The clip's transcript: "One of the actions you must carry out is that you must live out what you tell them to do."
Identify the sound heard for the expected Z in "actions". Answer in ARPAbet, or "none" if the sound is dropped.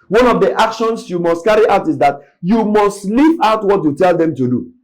S